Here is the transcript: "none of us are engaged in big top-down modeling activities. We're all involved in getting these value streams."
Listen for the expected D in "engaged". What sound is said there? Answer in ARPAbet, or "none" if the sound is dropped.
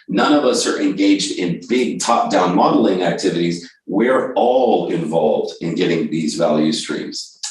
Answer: D